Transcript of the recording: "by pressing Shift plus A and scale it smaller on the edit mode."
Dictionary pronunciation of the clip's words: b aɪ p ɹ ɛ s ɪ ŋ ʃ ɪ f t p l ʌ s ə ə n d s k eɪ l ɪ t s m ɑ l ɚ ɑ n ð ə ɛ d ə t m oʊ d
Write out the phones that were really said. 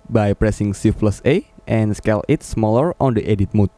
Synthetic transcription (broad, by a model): b aɪ p ɹ ɛ s ɪ ŋ s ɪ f l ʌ s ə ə n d s k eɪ l ɪ t s m ɑ l ɚ ɑ n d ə ɛ d ə t m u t